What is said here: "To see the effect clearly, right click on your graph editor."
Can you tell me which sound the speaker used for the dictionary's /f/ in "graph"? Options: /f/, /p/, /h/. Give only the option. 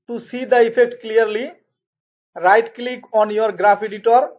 /p/